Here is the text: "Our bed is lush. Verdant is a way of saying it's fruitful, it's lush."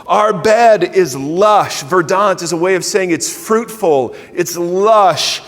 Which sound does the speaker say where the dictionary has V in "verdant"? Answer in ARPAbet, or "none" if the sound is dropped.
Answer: V